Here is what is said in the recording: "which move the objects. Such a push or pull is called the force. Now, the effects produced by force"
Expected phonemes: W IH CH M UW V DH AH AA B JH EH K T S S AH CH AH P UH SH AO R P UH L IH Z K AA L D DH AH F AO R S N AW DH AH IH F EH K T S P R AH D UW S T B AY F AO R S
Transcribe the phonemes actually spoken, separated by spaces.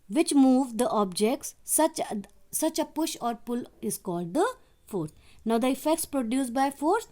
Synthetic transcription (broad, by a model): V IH CH M UW V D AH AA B JH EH K T S S AH CH AH P UH SH AO R P UH L IH Z K AA L D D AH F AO R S N AW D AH IH F EH K T S P R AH D UW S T B AY F AO R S